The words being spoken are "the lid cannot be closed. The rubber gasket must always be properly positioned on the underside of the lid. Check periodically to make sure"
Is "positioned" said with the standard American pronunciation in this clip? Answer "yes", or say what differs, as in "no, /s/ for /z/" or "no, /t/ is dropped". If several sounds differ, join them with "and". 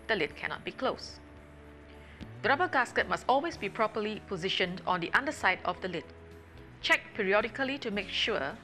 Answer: yes